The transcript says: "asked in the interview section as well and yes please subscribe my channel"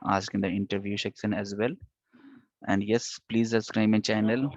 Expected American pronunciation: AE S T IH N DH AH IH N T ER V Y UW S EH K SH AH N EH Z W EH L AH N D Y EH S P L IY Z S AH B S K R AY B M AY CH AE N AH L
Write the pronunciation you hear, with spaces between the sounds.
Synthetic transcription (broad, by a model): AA S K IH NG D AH IH N T ER V Y UW SH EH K S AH N EH Z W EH L AH N D Y EH S P L IY Z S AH S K R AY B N CH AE N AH L